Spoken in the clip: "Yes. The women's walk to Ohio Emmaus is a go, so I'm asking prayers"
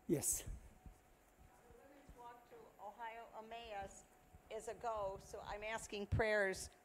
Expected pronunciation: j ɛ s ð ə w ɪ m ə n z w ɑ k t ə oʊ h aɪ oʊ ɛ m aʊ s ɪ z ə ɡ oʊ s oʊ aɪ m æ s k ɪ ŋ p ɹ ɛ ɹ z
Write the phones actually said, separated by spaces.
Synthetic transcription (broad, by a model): j ɛ s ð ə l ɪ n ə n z w ɑ k t ə oʊ h aɪ oʊ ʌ m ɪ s ɪ z ə ɡ oʊ s oʊ aɪ m æ s k ɪ ŋ p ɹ ɛ ɹ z